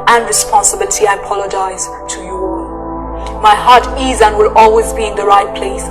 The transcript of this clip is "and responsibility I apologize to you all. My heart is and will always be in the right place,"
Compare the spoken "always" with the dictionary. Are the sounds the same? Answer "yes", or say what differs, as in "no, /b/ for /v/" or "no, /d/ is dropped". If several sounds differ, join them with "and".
yes